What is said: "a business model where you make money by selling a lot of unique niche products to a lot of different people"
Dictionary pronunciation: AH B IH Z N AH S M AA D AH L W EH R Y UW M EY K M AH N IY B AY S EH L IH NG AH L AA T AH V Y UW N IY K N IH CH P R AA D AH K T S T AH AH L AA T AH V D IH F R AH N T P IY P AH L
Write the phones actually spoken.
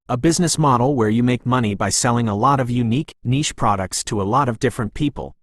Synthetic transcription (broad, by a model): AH B IH Z N AH S M AA D L W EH R Y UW M EY K M AH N IY B AY S EH L IH NG AH L AA T AH V Y UW N IY K N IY SH P R AA D AH K T S T AH AH L AA T AH V D IH F R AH N P IY P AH L